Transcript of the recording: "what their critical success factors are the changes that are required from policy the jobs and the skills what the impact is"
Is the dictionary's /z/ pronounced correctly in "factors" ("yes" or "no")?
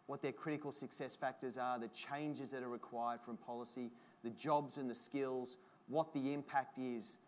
yes